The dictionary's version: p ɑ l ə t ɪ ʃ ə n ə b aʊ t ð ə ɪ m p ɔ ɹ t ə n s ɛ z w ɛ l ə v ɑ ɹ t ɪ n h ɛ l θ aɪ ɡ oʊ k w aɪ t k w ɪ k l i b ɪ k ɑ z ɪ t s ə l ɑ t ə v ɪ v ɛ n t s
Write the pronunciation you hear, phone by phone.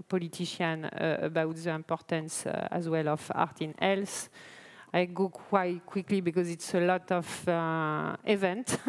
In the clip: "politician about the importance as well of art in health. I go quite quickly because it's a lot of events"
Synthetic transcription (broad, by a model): p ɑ l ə t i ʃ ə n ə b aʊ t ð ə ɪ m p ɔ ɹ t ə n s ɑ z w ɛ l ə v ɑ ɹ t ɪ n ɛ l s aɪ ɡ oʊ k w aɪ t k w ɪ k l i b ɪ k ɑ z ɪ t s ə l ɑ t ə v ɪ v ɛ n t